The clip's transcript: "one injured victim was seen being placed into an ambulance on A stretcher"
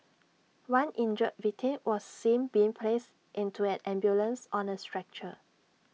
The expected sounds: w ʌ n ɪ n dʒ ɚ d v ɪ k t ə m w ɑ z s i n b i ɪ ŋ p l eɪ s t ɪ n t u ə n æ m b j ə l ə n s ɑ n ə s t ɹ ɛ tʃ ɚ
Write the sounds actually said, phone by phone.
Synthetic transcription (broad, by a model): w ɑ n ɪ n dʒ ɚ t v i t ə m w ɑ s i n b i ɪ ŋ p l eɪ s t ɪ n t u ə n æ m b j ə l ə n s ɑ n ə s t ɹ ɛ tʃ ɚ